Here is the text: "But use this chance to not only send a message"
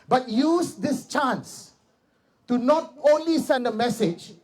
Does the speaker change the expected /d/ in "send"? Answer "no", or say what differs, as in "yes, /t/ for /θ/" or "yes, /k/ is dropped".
no